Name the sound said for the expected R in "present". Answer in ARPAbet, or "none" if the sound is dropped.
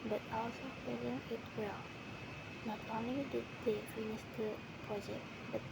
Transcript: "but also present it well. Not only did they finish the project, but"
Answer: none